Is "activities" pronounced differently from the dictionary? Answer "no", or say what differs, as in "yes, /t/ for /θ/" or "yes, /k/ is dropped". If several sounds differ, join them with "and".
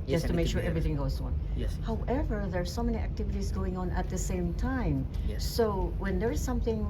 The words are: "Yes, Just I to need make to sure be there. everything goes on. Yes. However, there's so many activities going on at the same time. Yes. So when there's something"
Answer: no